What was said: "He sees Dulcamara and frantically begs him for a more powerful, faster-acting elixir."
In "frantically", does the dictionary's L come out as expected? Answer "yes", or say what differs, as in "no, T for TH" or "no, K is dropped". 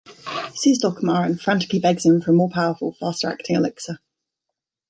no, L is dropped